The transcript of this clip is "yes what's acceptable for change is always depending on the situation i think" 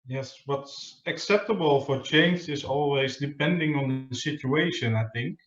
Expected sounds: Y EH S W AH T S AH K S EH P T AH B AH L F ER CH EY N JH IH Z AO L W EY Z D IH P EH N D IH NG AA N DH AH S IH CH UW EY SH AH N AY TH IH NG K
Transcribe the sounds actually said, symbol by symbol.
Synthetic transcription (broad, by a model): Y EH S W AH T S AH K S EH P T AH B AH L F ER CH EY N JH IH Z AO L W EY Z D IH P EH N D IH NG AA N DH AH S IH CH UW EY SH AH N AY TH IH NG K